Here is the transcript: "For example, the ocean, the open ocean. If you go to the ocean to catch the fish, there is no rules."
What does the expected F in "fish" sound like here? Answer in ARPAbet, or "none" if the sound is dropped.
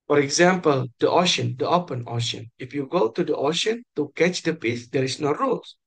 P